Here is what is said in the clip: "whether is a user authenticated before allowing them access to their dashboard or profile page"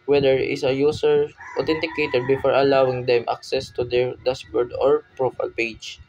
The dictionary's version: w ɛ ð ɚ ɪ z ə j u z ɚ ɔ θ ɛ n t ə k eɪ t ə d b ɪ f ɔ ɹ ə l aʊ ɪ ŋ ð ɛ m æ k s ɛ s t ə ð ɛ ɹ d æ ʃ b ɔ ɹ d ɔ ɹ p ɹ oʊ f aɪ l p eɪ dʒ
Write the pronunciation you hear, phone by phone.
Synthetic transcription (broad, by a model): w ɛ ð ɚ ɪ s ə j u s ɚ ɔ t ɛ n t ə k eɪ t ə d b ɪ f ɔ ɹ ə l aʊ ɪ ŋ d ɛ m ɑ k s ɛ s t ə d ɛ ɹ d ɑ s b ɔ ɹ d ɔ ɹ p ɹ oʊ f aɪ l p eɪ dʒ